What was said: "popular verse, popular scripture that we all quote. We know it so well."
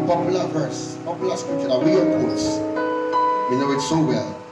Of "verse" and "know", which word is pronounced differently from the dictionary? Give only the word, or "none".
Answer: none